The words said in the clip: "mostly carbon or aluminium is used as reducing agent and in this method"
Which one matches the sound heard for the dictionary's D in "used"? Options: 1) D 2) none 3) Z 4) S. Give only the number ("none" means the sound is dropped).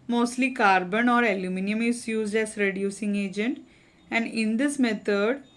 1